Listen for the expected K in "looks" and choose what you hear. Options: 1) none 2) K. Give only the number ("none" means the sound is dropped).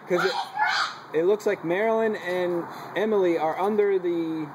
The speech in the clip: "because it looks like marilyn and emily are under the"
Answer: 2